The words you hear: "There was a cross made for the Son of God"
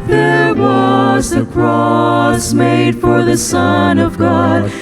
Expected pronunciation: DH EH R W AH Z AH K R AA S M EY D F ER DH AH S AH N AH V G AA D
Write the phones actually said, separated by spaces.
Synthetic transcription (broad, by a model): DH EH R W AH Z AH K R AA S M EY D F ER DH AH S AH N AH V G AA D